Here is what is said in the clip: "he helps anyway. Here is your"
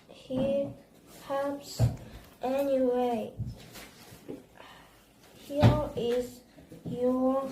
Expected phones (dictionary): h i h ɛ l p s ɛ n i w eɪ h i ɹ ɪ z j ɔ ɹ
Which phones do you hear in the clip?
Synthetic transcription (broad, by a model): h i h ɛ p s ɛ n i w eɪ h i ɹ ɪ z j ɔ